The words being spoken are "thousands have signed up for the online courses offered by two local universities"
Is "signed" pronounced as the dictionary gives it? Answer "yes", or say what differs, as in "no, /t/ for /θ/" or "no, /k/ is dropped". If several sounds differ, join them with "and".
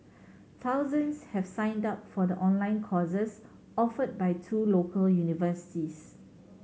yes